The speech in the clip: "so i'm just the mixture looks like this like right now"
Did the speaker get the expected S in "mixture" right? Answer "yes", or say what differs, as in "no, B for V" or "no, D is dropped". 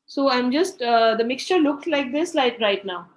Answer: yes